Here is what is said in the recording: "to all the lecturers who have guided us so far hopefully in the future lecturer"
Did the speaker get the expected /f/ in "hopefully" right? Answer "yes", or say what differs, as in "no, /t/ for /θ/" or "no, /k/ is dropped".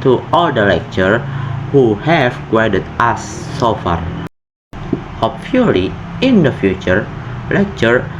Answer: no, /f/ is dropped